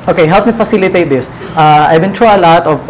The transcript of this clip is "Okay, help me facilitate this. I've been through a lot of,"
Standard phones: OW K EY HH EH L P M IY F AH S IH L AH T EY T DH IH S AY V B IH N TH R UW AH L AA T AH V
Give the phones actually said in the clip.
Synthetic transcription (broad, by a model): OW K EY HH EH L P M IY F AH S IH L AH T EY T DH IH S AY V B IH N T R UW AH L AA T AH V